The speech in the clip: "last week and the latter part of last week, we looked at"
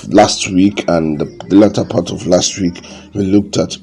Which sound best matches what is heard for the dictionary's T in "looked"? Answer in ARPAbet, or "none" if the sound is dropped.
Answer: T